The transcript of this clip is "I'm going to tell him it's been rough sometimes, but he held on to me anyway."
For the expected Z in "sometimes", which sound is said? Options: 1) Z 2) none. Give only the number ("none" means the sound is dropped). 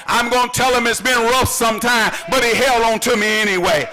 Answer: 2